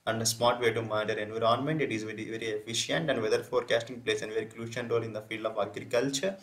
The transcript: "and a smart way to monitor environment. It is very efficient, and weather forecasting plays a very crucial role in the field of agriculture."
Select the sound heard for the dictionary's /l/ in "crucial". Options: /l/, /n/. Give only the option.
/n/